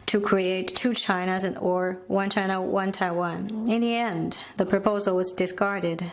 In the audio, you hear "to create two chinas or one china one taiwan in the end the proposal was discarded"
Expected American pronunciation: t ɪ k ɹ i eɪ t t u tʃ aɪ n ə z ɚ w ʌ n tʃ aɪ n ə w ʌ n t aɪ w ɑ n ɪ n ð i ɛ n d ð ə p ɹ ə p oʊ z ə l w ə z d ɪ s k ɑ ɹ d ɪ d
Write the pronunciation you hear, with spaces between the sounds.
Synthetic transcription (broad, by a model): t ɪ k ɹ i eɪ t t u tʃ aɪ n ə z ɚ w ʌ n tʃ aɪ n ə w ʌ n t aɪ w ɑ n ɪ n ð i ɛ n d ð ə p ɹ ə p oʊ z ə l w ə z d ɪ s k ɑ ɹ d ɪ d